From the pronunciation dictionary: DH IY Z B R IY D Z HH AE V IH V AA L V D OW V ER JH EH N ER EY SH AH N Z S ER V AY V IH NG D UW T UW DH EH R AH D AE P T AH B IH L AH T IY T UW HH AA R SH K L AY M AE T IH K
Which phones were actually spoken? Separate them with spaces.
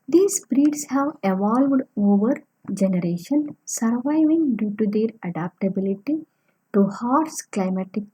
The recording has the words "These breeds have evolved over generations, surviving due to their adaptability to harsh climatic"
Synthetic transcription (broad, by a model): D IY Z B R IY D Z HH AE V IH V AA L V D OW V ER JH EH N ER EY SH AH N S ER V AY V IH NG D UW T UW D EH R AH D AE P T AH B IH L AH T IY T UW HH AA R S K L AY M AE T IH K